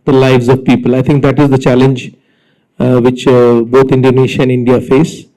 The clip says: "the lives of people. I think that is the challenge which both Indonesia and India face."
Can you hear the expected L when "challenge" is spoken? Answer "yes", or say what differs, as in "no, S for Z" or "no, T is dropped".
yes